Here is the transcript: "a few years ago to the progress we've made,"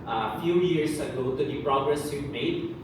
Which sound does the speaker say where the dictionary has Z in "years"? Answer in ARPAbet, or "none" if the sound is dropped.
S